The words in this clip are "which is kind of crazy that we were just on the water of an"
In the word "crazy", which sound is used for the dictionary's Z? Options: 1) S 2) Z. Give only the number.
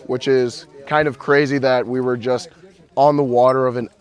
2